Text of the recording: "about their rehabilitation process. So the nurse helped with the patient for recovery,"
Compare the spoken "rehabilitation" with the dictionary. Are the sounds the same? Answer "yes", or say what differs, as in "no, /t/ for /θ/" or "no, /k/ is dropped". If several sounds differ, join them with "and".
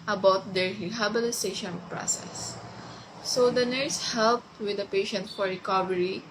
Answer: no, /s/ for /t/